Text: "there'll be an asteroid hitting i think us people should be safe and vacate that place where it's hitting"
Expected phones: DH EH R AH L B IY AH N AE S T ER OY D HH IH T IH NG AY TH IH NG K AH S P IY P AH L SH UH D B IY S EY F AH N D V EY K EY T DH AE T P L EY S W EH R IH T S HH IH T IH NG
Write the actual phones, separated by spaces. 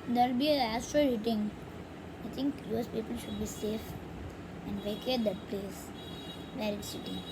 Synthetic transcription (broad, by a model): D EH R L B IY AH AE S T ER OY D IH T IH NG AY T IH NG K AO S P IY P AH L SH UH D B IY S EY F AH N D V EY K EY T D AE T P L EY S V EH R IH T S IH T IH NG